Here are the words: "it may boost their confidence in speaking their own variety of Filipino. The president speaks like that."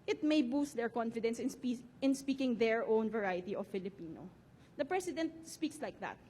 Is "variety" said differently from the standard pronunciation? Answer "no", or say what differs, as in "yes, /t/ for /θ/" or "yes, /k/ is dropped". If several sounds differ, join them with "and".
no